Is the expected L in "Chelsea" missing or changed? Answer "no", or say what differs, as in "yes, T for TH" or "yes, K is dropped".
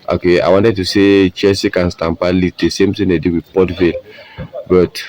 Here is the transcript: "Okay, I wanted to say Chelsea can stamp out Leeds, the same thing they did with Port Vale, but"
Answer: yes, L is dropped